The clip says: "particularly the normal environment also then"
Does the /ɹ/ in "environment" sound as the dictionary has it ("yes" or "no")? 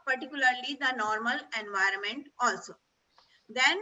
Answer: yes